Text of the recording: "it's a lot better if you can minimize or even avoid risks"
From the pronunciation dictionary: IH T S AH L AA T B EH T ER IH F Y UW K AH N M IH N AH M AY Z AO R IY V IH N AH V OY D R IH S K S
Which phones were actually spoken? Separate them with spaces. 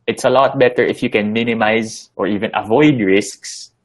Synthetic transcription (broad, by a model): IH T S AH L AA T B EH T ER IH F Y UW K AH N M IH N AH M AY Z AO R IY V IH N AH V OY D R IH S K S